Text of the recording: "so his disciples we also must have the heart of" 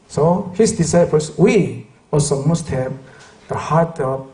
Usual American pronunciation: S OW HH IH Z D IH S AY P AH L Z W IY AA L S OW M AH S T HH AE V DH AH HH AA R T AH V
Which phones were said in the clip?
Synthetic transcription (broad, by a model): S OW HH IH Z D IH S AY P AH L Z W IY AA L S OW M AH S T HH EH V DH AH HH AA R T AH